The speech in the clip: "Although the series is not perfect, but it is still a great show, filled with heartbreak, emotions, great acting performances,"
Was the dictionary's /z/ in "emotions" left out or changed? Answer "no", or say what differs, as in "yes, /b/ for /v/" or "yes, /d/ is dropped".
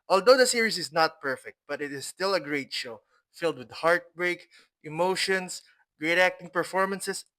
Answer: yes, /s/ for /z/